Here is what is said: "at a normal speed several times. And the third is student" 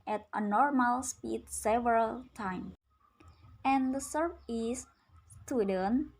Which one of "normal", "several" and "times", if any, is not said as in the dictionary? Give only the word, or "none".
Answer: times